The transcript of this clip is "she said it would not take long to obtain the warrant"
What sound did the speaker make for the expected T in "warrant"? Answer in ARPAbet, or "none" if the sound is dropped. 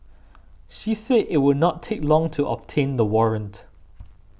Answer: T